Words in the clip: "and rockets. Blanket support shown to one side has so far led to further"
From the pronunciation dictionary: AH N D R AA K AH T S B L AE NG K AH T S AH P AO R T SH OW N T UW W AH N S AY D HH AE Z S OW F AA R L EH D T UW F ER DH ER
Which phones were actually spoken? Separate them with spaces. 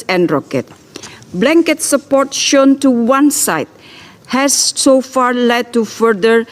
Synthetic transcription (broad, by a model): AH N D R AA K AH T B L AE NG K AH T S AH P AO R T SH OW N T UW W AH N S AY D HH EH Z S OW F AA R L EH D T UW F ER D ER